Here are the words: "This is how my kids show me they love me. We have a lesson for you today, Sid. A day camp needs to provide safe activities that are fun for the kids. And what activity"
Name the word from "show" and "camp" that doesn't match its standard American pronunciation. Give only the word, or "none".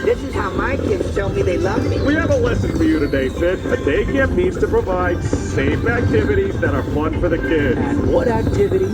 camp